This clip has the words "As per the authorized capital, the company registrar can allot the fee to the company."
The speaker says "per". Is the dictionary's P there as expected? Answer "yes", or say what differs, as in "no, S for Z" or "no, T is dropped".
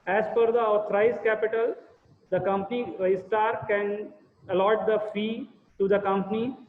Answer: no, F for P